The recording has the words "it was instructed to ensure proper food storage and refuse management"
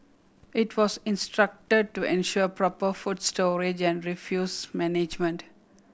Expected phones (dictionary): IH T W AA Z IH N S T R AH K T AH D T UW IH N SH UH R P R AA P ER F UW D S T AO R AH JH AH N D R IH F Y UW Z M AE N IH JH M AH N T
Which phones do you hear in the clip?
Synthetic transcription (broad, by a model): IH T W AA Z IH N S T R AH K T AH D T UW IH N SH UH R P R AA P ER F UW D S T AO R AH JH AH N D R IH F Y UW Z M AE N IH JH M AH N T